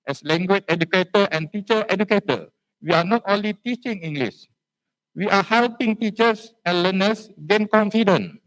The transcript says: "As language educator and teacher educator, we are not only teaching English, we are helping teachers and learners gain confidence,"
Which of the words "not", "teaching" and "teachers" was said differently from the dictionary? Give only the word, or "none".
teachers